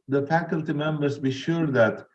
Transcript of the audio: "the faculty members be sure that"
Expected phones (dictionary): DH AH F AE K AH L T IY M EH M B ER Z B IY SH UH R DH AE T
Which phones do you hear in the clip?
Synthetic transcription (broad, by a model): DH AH F AE K AH L T IY M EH M B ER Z B IY SH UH R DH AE T